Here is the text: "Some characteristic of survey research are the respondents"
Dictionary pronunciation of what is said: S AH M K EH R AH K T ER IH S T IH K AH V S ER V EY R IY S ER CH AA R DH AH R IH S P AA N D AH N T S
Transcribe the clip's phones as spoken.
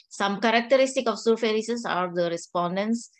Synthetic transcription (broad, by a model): S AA M K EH R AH K T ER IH S T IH K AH F S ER F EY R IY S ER S AA R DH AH R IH S P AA N D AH N S